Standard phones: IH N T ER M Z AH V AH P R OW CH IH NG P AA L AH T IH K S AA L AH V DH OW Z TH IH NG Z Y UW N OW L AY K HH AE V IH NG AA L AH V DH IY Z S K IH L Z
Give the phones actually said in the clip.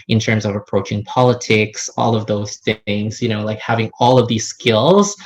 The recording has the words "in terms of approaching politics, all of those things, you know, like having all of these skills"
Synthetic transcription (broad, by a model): IH N T ER M Z AH V AH P R OW CH IH NG P AA L AH T IH K S AA L AH V DH OW Z TH IH NG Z Y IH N OW L AY K HH AE V IH NG AA L AH V DH IY Z S K IH L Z